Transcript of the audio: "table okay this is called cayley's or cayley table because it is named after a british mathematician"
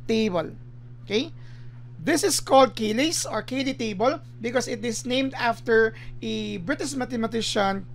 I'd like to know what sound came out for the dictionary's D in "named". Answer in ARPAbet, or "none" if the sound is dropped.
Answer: D